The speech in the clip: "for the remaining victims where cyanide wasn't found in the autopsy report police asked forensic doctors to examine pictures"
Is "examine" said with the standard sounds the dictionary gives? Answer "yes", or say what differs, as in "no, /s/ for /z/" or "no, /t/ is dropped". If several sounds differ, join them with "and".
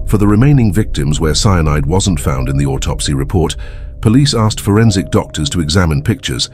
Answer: yes